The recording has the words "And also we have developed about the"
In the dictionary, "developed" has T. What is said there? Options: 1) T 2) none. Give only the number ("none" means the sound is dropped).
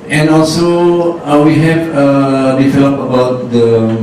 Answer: 2